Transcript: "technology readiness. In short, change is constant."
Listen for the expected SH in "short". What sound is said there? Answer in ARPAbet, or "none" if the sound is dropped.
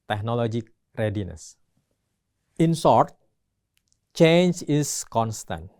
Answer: S